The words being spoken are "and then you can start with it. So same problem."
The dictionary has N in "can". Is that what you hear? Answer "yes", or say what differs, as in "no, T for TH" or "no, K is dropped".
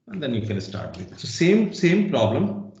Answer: no, L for N